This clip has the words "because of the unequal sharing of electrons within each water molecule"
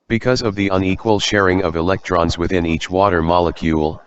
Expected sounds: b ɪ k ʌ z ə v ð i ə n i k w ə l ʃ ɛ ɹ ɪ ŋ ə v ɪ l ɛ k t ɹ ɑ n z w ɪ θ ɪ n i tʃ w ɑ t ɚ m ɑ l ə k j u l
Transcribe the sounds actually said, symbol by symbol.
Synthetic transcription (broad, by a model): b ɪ k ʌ z ə v ð i ə n i k w ə l ʃ ɛ ɹ ɪ ŋ ə v ɪ l ɛ k t ɹ ɑ n z w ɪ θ ɪ n i tʃ w ɑ t ɚ m ɑ l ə k j u l